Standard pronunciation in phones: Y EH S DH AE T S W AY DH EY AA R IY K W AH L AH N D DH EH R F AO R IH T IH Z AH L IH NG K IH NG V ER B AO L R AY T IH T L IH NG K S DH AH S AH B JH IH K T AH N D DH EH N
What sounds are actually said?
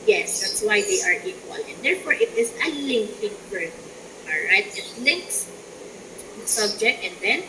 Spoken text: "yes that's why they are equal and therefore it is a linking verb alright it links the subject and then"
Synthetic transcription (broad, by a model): Y EH S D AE T S W AY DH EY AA R IY K W AH L AH N D EH R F AO R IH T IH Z AH L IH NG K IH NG F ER AO L R AY T IH T L IH NG K S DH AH S AH B JH IH K T AH N D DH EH N